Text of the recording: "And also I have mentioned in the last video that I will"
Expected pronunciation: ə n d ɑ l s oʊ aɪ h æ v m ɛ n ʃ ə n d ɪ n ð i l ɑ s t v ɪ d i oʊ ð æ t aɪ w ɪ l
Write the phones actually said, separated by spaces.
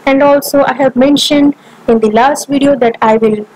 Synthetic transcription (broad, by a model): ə n d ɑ l s oʊ aɪ h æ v m ɛ n ʃ ə n d ɪ n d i l ɑ s t v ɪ d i oʊ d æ t aɪ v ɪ l